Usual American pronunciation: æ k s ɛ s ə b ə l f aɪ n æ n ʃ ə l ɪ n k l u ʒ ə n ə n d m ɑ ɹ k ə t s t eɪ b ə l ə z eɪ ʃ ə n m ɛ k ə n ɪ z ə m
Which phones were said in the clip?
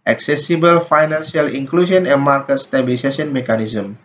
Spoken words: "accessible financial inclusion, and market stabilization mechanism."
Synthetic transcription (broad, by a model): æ k s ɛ s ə b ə l f aɪ n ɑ n s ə l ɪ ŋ k l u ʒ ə n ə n m ɑ ɹ k ə t s t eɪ b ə l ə s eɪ s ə n m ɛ k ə n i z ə m